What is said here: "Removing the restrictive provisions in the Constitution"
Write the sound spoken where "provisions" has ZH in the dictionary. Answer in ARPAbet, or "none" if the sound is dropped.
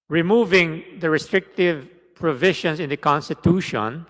SH